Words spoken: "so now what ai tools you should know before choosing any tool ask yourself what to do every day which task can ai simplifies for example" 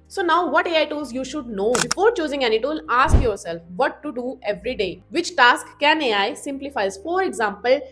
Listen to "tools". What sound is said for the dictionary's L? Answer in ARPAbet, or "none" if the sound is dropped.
none